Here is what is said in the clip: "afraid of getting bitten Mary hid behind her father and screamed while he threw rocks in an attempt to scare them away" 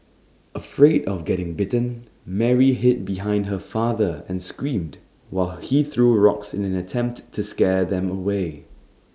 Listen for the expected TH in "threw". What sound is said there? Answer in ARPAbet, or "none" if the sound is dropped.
TH